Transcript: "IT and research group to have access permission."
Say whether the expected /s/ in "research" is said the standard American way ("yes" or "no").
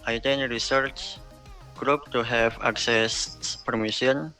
yes